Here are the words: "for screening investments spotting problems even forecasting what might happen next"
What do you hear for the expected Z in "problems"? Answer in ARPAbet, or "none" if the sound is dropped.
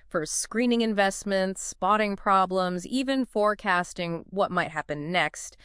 Z